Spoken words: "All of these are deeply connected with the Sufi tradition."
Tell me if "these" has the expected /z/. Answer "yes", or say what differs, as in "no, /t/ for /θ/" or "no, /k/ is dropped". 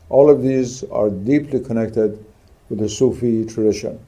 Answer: yes